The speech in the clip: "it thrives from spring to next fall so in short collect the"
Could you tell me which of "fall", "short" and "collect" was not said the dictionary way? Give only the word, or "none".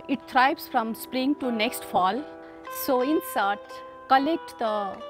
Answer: short